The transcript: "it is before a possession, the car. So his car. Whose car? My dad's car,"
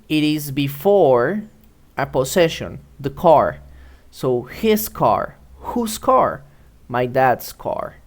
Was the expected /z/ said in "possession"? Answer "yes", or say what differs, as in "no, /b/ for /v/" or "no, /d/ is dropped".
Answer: no, /s/ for /z/